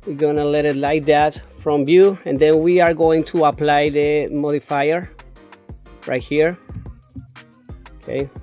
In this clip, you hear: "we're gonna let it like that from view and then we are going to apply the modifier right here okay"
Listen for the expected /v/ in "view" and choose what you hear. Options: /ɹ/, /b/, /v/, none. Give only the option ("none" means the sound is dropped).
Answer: /b/